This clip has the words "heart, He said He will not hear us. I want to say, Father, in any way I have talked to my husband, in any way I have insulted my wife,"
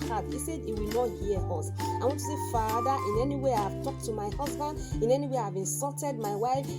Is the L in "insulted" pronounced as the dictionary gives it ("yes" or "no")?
no